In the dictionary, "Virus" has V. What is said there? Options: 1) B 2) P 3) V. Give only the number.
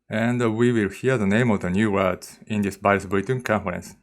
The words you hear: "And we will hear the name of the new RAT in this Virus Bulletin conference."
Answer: 1